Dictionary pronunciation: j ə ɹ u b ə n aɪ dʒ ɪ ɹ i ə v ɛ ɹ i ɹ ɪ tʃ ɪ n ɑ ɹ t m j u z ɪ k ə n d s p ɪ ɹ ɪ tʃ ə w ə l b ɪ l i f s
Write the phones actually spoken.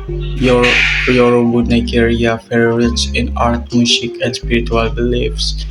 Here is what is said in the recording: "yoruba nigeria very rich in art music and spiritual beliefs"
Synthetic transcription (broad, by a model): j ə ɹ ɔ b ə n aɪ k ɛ ɹ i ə f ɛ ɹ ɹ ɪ s ɪ n ɑ ɹ t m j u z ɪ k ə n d s p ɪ ɹ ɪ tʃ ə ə l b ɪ l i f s